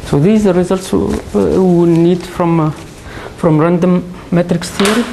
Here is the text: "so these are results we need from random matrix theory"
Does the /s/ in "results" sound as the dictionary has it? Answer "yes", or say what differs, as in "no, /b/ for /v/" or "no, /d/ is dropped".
yes